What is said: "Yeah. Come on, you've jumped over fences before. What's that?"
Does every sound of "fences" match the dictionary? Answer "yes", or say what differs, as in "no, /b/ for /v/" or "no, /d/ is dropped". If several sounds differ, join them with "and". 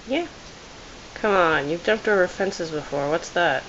yes